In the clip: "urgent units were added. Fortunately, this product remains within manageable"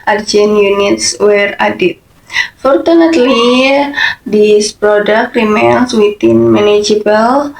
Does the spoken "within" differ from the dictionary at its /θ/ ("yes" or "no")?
yes